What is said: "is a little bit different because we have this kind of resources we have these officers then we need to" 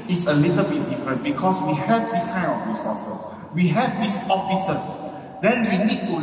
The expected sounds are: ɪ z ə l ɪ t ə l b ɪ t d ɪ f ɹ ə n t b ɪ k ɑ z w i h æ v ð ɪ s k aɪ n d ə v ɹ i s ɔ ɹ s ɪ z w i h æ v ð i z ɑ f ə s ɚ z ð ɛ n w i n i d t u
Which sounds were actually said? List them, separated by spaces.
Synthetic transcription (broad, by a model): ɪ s ə l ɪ t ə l b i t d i f ɹ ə n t b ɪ k ɑ s w i h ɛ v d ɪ s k aɪ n ə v ɹ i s ɔ s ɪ s w i h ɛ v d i s ɑ f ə s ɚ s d ɛ n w i n i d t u